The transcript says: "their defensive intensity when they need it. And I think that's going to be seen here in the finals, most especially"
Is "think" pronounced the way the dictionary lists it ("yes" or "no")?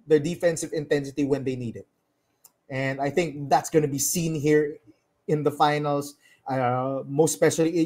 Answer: yes